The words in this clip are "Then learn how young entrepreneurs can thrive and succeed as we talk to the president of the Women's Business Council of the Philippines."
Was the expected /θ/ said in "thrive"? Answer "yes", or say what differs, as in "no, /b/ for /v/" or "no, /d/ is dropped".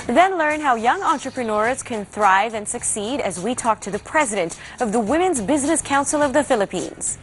yes